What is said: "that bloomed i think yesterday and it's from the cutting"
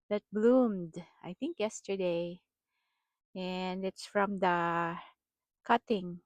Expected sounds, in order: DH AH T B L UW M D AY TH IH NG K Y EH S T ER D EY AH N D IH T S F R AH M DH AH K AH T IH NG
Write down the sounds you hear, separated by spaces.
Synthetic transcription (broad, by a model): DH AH T B L UW M D AY TH IH NG K Y EH S T ER D EY AH N D IH T S F R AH M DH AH K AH T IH NG